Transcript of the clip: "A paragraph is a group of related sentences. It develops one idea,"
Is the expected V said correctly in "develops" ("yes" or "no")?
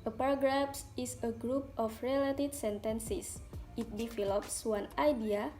no